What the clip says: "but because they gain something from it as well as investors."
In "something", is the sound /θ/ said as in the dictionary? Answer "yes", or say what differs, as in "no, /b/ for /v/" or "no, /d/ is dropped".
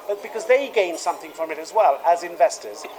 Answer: yes